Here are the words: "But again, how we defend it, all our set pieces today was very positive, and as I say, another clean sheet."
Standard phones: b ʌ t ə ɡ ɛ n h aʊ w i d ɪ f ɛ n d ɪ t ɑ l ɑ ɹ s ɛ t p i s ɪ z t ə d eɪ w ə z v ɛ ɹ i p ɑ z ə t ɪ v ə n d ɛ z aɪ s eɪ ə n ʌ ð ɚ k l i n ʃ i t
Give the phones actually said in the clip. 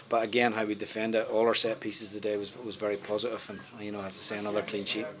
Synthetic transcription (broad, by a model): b ʌ t ə ɡ ɛ n h aʊ w i d ɪ f ɛ n d ɪ t ɑ l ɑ ɹ s ɛ t p i s ɪ z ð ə d eɪ w ə z v ɛ ɹ i p ɑ z ə t ɪ v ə n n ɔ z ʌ s eɪ ə n ʌ ð ɚ k l i n ʃ i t